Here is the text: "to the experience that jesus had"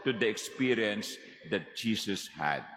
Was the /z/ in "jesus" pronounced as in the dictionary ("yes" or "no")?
no